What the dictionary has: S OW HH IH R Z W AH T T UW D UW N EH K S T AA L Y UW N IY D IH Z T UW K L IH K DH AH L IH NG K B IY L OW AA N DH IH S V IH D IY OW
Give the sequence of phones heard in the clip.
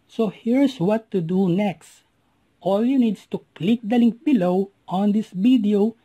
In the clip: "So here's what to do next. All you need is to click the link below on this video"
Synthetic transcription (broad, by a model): S OW HH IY R S W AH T T UW D UW N EH K S T AA L Y UW N IY D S T UW K L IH K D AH L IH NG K B IY L OW AA N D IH S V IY D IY OW